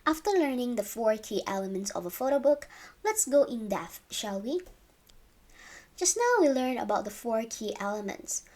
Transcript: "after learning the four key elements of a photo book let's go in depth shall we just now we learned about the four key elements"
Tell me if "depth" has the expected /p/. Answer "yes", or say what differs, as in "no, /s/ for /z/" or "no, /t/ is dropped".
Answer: no, /p/ is dropped